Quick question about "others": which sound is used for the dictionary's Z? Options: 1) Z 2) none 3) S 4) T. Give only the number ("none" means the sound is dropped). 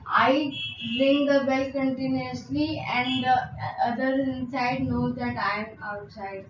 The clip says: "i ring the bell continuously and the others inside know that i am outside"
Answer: 2